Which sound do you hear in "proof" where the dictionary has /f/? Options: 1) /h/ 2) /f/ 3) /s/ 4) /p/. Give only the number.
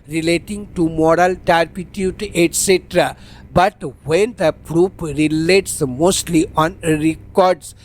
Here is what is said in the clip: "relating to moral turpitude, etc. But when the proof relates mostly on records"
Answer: 4